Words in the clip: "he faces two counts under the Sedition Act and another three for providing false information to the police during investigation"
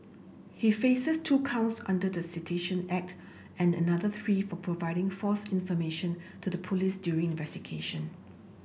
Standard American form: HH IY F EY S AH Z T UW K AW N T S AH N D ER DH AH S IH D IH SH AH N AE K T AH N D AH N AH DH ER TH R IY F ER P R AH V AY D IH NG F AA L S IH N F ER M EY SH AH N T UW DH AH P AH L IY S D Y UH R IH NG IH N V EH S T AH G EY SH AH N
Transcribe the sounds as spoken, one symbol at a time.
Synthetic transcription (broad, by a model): HH IY F EY S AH S T UW K AW N T S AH N D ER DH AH S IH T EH SH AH N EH K T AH N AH N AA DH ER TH R IY F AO P R AH V AY D IH NG F AA S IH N F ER M EY SH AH N T UW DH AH P AH L IY S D Y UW R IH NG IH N V EH S T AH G EY SH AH N